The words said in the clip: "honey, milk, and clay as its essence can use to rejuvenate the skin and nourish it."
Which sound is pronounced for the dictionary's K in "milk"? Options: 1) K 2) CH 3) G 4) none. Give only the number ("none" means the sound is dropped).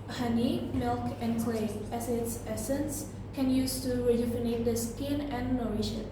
1